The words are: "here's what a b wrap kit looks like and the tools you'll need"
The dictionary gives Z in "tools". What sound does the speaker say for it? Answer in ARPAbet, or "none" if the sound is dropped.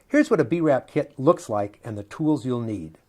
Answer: Z